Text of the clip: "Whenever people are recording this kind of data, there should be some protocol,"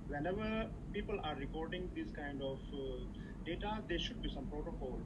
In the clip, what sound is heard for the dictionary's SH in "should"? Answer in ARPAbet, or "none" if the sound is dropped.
SH